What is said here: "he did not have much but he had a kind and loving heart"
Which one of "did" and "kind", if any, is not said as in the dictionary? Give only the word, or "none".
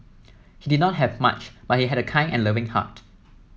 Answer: kind